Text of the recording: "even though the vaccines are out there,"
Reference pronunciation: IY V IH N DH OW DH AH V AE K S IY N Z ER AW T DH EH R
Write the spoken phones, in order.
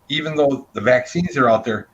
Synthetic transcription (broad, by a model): IY V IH N DH OW DH AH V AE K S IY N Z ER AW T DH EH R